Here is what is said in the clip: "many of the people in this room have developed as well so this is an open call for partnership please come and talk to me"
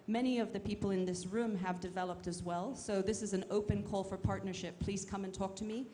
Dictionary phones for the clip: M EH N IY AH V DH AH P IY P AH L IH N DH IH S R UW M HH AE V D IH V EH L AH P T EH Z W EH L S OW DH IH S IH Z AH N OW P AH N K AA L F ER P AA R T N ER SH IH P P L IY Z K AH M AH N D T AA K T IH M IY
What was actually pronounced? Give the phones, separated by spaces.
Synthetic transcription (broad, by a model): M EH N IY AH V DH AH P IY P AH L IH N DH IH S R UW M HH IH V D IH V EH L AH P T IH Z W EH L S OW DH IH S IH Z AH N OW P AH N K AA L F ER P AA R T N ER SH IH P P L IY Z K AH M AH N T AA K T IH M IY